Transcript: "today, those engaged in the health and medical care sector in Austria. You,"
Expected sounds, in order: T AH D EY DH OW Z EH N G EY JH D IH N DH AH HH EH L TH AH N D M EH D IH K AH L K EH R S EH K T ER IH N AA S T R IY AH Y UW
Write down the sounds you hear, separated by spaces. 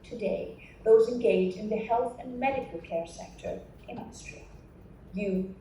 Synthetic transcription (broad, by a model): T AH D EY DH OW Z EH N G EY JH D IH N DH AH HH EH L TH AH N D M EH D IH K AH L K EH R S EH K T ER IH N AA S T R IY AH Y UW